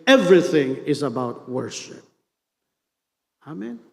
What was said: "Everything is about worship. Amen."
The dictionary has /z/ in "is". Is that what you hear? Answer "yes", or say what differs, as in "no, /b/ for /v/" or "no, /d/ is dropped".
yes